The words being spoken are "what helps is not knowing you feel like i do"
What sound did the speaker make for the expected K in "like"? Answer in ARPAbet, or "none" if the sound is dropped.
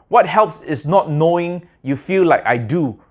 K